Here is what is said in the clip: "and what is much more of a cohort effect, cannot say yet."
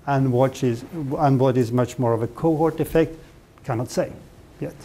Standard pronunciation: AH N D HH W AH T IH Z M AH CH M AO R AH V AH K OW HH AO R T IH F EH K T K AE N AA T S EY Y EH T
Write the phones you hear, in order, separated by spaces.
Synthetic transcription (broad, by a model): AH N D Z W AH T IH Z M AH CH M AO R AH V AH K OW HH AO R T IH F EH K T K AE N AA T S EY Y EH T